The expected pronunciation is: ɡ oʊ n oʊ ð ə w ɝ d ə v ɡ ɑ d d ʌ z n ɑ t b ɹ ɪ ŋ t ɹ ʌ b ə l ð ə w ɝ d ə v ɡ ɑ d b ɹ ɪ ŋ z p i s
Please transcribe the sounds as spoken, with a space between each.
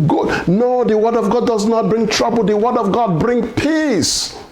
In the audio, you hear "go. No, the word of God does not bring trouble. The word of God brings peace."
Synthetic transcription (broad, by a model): ɡ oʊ n oʊ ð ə w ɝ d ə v ɡ ɑ d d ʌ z n ɑ t b ɹ ɪ ŋ t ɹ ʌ b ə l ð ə w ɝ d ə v ɡ ɑ d b ɹ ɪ ŋ p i s